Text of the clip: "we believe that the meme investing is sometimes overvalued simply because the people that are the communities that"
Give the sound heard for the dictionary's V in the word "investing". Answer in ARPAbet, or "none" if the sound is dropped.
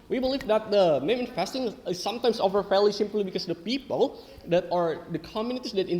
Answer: F